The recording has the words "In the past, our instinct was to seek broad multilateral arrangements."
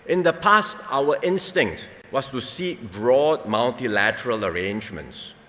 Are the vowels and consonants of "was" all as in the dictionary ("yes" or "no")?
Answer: no